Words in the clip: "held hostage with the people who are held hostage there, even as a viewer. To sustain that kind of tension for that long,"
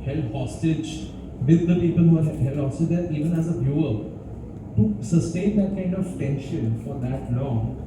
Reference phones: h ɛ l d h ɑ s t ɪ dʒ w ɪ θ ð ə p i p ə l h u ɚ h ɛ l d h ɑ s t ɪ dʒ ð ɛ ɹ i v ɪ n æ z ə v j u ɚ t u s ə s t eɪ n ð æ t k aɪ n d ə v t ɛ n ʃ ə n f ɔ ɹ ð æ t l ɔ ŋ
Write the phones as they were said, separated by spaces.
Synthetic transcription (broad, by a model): h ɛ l h ɑ s t ɪ dʒ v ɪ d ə p i p ə l h u ɚ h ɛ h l h ɑ s t ɪ dʒ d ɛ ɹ i v ɪ n æ z ə b j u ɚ t u s ə s t eɪ n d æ t k aɪ n d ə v t ɛ n ʃ ə n f ɔ ɹ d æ t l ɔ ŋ